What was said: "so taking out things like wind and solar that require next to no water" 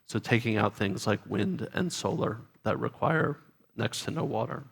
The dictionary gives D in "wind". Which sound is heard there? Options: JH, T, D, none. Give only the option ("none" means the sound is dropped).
D